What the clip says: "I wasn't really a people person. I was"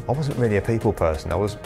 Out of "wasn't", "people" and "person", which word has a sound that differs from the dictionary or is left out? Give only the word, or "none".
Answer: none